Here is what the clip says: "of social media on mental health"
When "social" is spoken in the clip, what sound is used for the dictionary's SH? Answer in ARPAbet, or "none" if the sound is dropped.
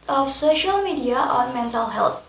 SH